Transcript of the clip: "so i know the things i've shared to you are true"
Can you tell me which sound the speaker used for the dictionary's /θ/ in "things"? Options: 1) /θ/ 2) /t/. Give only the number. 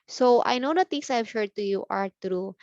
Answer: 2